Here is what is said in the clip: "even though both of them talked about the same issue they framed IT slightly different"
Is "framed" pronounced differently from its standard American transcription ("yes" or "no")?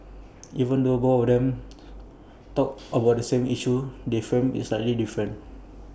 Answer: yes